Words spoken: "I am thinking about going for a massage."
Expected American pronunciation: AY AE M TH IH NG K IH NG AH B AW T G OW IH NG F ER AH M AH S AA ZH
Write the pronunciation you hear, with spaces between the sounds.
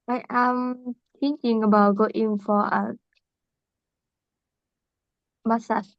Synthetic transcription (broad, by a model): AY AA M T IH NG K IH NG AH B AW T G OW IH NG F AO AH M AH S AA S